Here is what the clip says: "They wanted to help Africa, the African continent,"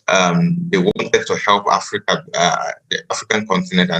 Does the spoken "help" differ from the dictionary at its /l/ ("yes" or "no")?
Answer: no